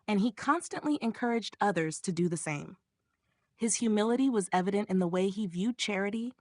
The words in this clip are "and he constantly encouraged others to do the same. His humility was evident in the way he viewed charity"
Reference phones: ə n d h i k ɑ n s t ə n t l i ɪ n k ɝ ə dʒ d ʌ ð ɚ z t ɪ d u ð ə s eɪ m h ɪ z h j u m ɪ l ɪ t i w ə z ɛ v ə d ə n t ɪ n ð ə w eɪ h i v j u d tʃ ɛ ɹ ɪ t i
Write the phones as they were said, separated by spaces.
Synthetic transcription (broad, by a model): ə n i k ɑ n s t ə n t l i ɪ n k ɝ ə dʒ d ʌ ð ɚ z t ɪ d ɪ ð ə s eɪ m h ɪ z h j u m ɪ l ɪ t i w ə z ɛ v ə d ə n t ɪ n ð ə w eɪ i v j u d tʃ ɛ ɹ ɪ t i